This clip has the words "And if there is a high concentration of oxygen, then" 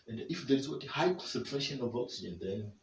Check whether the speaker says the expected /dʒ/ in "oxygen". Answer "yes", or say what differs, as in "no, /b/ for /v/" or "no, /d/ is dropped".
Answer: no, /dʒ/ is dropped